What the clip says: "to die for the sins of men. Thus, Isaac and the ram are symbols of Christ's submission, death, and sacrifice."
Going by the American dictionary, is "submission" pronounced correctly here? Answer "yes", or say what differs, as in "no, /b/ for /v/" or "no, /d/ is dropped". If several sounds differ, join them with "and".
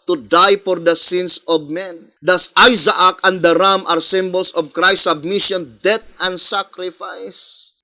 yes